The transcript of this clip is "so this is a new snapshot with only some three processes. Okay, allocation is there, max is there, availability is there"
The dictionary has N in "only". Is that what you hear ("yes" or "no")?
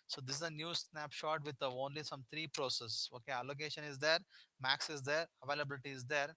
yes